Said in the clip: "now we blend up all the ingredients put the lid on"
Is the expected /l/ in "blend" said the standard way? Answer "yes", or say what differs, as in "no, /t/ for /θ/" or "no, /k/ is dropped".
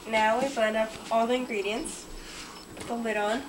no, /l/ is dropped